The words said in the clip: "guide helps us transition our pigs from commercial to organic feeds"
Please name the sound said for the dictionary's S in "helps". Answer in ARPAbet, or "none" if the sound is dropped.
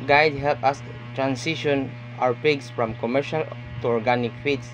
none